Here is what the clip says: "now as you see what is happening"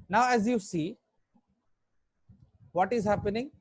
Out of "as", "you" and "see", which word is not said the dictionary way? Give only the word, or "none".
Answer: none